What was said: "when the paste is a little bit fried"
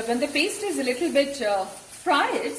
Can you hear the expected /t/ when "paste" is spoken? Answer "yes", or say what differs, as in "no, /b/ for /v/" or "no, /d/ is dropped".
yes